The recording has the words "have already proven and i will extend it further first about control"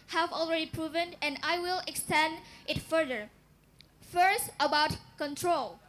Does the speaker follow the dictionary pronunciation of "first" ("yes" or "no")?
yes